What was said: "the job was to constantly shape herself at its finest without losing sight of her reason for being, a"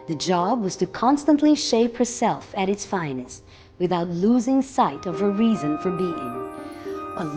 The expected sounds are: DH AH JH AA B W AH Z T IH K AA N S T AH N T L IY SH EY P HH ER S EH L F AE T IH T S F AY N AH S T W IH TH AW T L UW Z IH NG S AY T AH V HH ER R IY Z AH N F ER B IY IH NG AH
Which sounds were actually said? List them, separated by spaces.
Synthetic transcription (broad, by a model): DH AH JH AA B W AH Z T IH K AA N S T AH N T L IY SH EY P HH ER S EH L F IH T IH T S F AY N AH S W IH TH AW T L UW Z IH NG S AY T AH V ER R IY Z AH N F ER B IY IH NG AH